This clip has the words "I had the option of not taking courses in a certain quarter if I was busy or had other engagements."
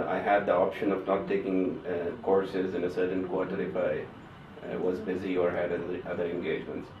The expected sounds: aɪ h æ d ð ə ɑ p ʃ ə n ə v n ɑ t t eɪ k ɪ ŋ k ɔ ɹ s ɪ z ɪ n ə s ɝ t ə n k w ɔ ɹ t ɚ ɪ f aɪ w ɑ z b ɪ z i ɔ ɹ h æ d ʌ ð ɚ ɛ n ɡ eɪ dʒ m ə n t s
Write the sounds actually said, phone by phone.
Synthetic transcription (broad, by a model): aɪ h æ d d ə ɑ p ʃ ə n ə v n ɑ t t eɪ k ɪ ŋ k ɔ ɹ s ɪ z ɪ n ə s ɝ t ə n k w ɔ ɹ t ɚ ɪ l aɪ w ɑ z b ɪ z i ɔ ɹ h æ d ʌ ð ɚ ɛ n ɡ eɪ dʒ m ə n t s